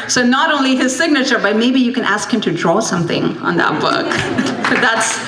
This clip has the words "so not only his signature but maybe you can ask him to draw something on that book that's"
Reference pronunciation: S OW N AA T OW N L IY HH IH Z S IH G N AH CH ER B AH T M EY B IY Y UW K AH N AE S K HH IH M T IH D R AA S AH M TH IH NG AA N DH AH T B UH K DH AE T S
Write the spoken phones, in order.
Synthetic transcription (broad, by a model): S OW N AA T OW N L IY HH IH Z S IH G N AH CH ER B AH T M EY B IY Y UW K AH N AE S K HH IH M T IH D R AA S AH M TH IH NG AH N DH AH T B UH K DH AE T S